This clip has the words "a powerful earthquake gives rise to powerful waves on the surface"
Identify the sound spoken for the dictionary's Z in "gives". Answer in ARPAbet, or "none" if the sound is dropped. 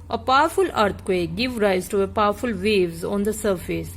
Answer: none